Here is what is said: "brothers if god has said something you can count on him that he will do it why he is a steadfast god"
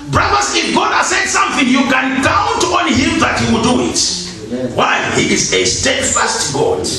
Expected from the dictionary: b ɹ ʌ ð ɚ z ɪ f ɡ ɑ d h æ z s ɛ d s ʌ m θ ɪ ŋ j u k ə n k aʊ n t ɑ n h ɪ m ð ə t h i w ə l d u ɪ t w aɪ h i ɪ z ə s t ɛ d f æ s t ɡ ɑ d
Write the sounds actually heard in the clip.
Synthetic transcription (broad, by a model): b ɹ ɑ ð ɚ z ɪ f ɡ ɑ d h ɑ s ɛ d s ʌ m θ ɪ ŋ j u k ə n k aʊ n t ɑ n h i m ð ə t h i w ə d u ɪ t w aɪ h i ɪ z ə s t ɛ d f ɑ s t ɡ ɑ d